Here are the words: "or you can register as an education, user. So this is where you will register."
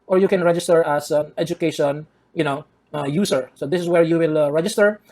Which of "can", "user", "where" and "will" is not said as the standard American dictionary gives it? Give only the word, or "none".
user